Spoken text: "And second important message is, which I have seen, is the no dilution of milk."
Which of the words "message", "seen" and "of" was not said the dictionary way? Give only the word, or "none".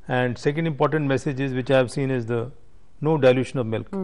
none